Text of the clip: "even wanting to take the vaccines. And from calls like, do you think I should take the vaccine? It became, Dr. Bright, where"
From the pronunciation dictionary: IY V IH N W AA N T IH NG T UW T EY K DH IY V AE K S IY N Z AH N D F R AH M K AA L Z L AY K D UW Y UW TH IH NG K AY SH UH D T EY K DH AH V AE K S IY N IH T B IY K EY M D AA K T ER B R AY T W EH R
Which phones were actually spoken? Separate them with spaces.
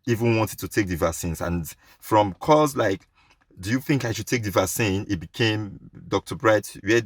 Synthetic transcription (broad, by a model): IY V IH N W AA N T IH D T UW T EY K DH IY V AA S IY N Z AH N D F R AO M K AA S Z L AY K D UW Y UW TH IH NG K AY SH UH D T EY K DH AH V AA S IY N IH T B IY K EY M D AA K T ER B R AY T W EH